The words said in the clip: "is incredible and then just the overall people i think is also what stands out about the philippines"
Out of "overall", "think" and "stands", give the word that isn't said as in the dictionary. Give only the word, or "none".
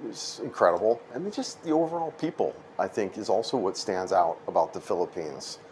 none